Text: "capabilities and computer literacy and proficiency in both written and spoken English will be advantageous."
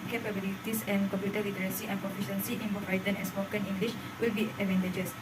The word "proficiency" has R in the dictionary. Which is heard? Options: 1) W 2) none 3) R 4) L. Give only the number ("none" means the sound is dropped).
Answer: 2